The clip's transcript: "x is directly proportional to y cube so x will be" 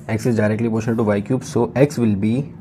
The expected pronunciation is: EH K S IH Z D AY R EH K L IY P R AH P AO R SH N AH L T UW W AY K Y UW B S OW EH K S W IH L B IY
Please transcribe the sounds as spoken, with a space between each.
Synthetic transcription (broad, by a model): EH K S IH Z D AY R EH K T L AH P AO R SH AH N T UW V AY K Y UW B S OW EH K S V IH L B IY